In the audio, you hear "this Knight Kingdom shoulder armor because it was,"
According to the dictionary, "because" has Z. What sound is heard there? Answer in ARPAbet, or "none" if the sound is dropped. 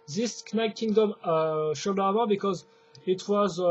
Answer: Z